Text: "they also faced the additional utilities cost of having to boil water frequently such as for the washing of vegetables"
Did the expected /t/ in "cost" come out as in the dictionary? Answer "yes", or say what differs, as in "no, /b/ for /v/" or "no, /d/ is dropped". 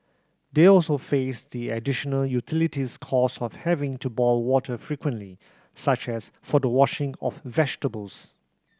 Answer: no, /t/ is dropped